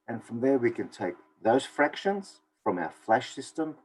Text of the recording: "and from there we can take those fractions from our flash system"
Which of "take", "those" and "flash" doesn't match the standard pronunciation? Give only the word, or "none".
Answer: none